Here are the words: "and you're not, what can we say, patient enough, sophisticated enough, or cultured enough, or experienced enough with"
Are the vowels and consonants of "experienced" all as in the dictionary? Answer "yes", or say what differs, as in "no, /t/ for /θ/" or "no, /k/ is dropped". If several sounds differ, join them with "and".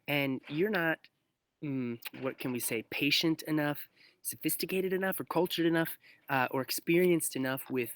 yes